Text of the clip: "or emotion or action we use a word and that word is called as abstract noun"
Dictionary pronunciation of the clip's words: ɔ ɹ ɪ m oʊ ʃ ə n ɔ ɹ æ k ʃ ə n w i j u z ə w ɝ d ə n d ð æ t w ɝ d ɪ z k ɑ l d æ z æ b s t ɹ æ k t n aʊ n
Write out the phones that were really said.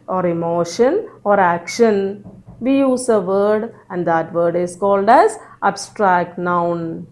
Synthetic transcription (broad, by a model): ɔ ɹ ɪ m oʊ ʃ ə n ɔ ɹ æ k ʃ ə n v i j u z ə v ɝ d ə n d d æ t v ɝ d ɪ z k ɑ l d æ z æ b s t ɹ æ k t n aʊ n